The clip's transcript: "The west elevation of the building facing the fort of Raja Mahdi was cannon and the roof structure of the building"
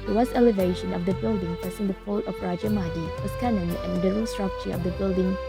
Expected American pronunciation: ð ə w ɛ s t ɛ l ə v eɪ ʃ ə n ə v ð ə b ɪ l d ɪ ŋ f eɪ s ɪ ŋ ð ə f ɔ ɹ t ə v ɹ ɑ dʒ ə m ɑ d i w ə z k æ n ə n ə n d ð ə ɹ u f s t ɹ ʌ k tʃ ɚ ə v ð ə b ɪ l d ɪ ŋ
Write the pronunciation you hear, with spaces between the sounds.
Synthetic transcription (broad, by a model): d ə w ɛ s t ɛ l ə v eɪ ʃ ə n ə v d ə b ɪ l d ɪ ŋ p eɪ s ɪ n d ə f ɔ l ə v ɹ ɑ dʒ ə m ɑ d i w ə s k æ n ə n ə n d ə l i s t ɹ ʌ k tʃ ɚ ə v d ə b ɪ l d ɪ ŋ